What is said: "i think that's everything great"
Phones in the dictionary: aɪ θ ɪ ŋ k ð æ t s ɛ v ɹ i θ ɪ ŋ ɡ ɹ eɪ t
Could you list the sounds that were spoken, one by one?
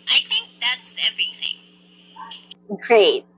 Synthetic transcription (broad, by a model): aɪ θ ɪ ŋ k ð æ t s ɛ v ɹ i θ ɪ ŋ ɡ ɹ eɪ t